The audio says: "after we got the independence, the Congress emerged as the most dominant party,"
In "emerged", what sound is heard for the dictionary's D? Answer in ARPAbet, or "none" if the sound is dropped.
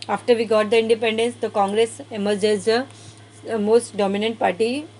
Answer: none